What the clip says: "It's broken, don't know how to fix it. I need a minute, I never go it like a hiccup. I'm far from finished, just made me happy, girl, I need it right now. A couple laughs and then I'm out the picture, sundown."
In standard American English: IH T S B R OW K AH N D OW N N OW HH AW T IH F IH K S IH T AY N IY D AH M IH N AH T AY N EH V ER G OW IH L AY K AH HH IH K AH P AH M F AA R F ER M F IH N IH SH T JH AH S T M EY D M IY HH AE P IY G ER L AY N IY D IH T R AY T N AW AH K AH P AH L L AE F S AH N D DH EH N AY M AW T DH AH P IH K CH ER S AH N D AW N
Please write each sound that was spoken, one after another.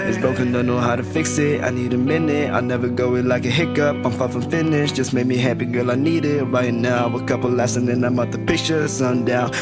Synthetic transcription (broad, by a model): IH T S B OW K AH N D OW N N OW HH AW T IH F IH K S IH T AY N IY D AH M IH N AH T AY N EH V ER G OW IH L AY K AH HH IH K AH P AH M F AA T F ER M F IH N IH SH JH AH S M EY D M IY HH AE P IY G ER L AY N IY D IH T R AY T N AW AH K AH P L L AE S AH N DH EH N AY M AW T DH AH P IH K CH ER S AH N D AW N